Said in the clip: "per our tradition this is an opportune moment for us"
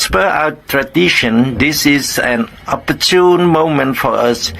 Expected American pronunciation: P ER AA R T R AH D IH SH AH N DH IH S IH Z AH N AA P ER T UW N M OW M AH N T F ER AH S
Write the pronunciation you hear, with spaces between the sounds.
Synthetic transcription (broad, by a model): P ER AA W T R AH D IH SH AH N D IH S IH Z AH N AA P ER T UW N M OW M AH N T F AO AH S